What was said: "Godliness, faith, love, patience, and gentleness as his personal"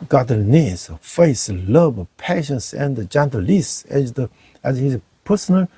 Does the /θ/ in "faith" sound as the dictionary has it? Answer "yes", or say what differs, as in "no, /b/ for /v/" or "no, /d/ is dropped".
no, /s/ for /θ/